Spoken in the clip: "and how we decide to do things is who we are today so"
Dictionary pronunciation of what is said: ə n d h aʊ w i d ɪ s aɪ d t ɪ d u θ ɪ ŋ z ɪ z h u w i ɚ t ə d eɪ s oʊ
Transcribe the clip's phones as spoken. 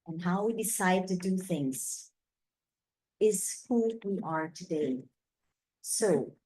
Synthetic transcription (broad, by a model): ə n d h aʊ w i d ɪ s aɪ d t ɪ d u θ ɪ ŋ z ɪ z h u w i ɚ t ə d eɪ s oʊ